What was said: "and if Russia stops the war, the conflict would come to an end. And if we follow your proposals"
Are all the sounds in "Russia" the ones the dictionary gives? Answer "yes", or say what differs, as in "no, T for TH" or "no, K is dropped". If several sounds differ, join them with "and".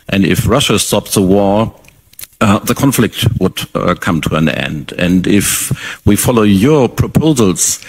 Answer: yes